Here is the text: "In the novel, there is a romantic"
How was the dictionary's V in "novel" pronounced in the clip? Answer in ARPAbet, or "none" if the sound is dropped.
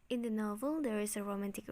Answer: V